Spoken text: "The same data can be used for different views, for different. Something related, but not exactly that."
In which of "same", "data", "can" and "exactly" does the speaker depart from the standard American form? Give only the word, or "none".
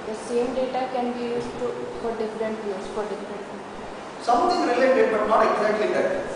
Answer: exactly